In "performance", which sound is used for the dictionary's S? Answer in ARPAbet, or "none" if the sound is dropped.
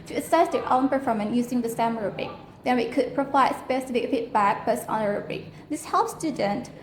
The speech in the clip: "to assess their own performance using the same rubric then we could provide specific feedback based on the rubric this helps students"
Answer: none